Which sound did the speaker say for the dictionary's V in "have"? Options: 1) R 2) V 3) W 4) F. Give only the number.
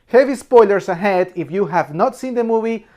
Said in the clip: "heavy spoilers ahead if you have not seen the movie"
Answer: 2